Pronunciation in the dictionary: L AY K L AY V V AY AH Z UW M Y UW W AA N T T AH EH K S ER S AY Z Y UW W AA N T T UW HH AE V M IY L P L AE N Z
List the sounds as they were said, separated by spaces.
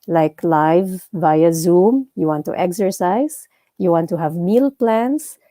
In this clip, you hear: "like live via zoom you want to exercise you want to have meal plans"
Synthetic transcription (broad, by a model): L AY K L AY V V AY AH Z UW M Y UW W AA N T T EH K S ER S AY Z Y UW W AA N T T UW HH AE V M IY L P L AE N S